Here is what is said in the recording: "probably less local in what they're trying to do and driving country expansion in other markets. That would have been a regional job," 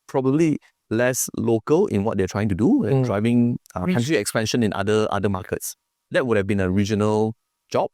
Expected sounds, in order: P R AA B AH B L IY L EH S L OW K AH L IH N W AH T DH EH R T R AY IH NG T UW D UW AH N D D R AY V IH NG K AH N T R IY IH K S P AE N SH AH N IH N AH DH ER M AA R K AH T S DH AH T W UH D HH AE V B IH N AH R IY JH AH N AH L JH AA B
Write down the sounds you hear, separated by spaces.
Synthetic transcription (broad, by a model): P R AA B AH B L IY L EH S L OW K AH L IH N W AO T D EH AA T R AY IH NG T UW D UW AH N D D R AY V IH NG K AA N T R IY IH K S P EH N SH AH N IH N AH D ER M AA K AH T S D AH T W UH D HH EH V B IH N AH R IY JH AH N AH L JH AA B